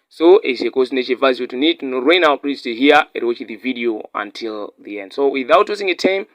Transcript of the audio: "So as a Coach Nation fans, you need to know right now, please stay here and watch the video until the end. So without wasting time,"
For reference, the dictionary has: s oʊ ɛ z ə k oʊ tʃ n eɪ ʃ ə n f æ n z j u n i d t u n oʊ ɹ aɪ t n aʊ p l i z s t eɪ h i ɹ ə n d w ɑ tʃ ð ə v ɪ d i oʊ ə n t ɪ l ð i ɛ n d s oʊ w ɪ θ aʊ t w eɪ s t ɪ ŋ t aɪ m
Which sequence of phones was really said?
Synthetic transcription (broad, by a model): s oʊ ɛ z ə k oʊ s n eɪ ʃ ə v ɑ z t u n i d t u n oʊ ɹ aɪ n aʊ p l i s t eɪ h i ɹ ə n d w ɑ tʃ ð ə v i d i oʊ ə n t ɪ l ð i ɛ n d s oʊ w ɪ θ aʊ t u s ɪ ŋ t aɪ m